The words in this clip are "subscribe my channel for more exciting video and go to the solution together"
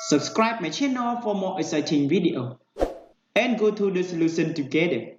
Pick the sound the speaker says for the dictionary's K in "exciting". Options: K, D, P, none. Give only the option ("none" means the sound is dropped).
none